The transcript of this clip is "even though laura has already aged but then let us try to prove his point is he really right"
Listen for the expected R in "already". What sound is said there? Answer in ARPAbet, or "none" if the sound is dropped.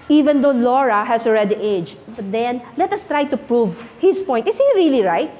R